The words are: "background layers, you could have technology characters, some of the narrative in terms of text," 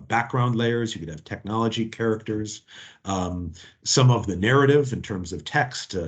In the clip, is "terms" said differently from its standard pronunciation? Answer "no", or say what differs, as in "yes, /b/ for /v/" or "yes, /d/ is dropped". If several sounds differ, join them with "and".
no